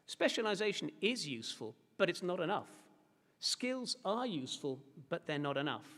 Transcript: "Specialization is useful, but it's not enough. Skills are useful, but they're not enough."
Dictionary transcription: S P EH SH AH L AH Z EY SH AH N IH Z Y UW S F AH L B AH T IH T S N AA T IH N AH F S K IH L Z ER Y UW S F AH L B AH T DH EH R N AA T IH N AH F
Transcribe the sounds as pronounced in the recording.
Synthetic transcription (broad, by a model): S P EH SH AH L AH Z EY SH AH N IH Z Y UW S F AH L B AH T IH T S N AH T IH N AH F S K IH L Z ER Y UW S F AH L B AH T DH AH R N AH T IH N AH F